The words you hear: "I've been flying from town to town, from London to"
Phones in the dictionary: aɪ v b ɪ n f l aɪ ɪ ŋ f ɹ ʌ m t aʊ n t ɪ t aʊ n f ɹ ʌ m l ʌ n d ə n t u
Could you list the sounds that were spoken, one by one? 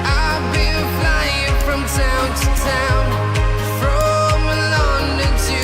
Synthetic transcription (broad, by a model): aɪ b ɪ l f l aɪ ɪ ŋ f ɹ ʌ m t aʊ n t ɪ t aʊ n f ɹ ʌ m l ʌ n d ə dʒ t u